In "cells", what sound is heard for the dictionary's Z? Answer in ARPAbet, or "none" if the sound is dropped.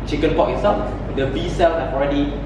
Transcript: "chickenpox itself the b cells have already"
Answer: none